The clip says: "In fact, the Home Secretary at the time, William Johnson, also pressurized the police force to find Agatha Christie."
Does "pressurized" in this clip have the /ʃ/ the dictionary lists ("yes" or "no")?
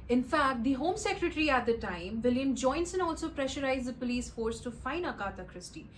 yes